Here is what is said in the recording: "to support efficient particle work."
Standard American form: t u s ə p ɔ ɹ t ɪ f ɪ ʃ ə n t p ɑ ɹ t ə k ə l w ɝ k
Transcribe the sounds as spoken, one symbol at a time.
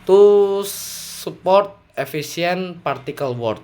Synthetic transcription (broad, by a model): t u s ə p ɔ ɹ t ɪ f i s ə n p ɑ ɹ t ə k ə l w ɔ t